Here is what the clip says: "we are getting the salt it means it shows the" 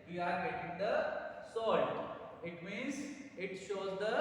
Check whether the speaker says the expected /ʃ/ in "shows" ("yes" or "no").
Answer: yes